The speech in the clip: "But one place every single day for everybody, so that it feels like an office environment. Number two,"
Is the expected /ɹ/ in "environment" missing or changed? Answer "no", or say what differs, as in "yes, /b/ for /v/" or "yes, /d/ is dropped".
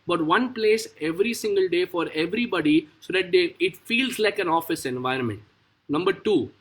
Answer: no